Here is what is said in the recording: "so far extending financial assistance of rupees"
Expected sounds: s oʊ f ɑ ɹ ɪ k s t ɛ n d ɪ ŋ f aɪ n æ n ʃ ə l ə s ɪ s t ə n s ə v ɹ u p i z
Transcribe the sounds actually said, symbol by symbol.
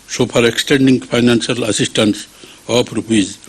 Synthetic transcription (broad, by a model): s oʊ p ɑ ɹ ɪ k s t ɛ n d ɪ ŋ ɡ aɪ n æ n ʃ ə l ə s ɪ s t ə n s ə p ɹ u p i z